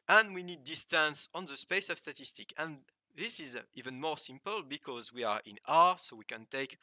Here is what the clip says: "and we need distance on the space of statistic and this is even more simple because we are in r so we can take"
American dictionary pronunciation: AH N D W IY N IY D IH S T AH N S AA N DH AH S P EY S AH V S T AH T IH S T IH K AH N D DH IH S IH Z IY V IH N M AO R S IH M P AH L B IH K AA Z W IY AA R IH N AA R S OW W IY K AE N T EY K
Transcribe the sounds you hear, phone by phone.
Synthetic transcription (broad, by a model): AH N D W IY N IY D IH S T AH N S AA N DH AH S P EY S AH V S T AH T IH S T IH K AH N DH IH S IH Z IY V IH N M AO R S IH M P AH L B IH K AA Z W IY AA R IH N AA R S OW W IY K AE N T EY K